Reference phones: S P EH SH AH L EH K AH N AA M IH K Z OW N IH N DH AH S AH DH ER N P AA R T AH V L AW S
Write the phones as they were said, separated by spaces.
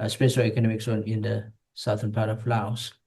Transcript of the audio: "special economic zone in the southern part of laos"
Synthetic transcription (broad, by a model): S P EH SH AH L EH K AH N AA M IH K S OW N IH N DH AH S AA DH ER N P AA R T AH F L AW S